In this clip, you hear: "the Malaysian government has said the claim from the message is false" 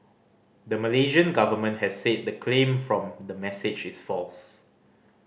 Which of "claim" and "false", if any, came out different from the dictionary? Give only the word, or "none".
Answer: none